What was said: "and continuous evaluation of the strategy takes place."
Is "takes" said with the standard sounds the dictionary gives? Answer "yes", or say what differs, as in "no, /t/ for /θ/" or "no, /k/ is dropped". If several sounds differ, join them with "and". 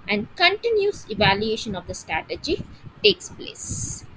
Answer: yes